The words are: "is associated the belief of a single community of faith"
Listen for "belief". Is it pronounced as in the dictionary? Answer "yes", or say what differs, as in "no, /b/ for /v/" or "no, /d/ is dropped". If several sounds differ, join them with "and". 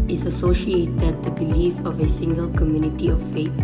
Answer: yes